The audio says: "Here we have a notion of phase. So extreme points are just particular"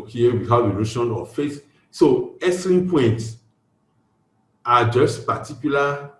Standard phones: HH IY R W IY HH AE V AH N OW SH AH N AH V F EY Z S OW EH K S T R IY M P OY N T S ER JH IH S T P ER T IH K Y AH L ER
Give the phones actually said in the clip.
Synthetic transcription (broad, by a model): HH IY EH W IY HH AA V AH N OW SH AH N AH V F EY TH S OW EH S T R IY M P OY N T S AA JH IH S T P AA T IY K Y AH L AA